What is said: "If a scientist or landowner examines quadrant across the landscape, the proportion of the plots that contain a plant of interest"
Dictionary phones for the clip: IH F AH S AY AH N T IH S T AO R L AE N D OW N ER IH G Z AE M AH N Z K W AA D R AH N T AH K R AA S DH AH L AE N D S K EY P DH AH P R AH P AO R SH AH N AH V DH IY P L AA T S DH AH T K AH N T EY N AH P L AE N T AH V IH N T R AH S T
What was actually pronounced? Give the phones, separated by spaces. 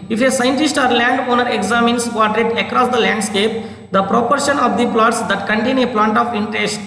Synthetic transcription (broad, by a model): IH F AH S AY AH N T IH S T AO R L AE N D OW N ER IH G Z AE M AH N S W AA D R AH T AH K R AA S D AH L AE N D S K EY P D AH P R AH P AO R SH AH N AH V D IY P L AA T S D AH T K AH N T EY N AH P L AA N T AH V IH N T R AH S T